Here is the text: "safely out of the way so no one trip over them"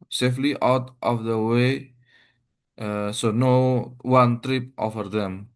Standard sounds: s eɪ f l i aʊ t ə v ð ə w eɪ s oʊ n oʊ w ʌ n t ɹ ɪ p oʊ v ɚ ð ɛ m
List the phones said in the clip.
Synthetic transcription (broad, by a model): s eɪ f l i aʊ t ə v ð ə w eɪ s oʊ n oʊ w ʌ n t ɹ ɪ p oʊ f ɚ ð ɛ m